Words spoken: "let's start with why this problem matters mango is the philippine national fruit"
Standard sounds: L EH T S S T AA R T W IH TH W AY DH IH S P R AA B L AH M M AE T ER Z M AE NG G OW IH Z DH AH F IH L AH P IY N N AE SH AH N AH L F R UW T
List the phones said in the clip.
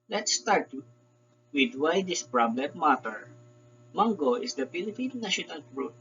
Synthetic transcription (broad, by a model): L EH T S S T AA R T W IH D W AY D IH S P R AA B L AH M M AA T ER M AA NG G OW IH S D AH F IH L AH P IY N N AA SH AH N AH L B R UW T